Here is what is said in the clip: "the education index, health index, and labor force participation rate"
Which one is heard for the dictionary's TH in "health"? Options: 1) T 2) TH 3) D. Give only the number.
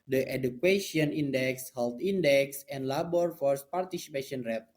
1